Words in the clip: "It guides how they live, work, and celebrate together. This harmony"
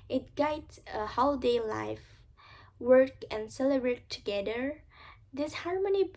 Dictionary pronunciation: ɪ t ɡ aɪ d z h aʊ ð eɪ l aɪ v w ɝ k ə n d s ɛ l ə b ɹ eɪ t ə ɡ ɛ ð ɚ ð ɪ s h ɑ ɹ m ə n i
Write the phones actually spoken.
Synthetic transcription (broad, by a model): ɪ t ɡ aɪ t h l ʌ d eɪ l aɪ f w ɝ k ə n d s ɛ l ə b ɹ eɪ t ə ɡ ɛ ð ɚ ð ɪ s h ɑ ɹ m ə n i